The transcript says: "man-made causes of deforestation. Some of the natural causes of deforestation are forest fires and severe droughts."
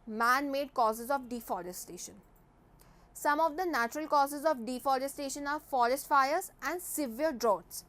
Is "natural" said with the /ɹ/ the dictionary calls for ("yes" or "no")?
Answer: yes